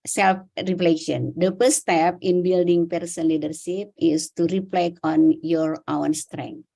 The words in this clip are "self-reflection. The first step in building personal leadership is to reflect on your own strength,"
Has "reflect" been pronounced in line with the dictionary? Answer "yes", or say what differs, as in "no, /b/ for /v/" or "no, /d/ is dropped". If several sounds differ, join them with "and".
no, /t/ is dropped